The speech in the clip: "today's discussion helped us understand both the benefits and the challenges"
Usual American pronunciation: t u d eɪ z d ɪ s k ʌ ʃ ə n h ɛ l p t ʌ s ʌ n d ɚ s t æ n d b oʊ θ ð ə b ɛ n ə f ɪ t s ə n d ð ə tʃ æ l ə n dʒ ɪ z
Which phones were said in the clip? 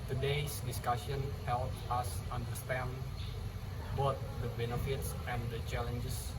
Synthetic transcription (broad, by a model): t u d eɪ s d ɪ s k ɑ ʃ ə n h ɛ l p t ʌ s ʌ n d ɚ s t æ n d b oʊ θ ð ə b ɛ n ə f ɪ t s ə n d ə tʃ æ l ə n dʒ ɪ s